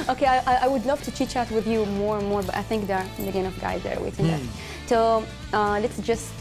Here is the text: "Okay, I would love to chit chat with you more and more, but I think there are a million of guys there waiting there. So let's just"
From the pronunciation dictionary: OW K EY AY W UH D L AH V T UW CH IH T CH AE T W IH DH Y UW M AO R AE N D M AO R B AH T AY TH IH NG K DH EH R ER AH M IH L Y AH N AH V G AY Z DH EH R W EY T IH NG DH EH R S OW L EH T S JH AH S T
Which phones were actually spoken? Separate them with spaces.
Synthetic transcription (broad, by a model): OW K EY AY W UH D L AH V T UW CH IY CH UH T W IH DH Y UW M AO R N M AO R B AH T AY TH IH NG K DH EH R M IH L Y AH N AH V G AY Z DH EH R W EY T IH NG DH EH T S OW L EH T S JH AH S T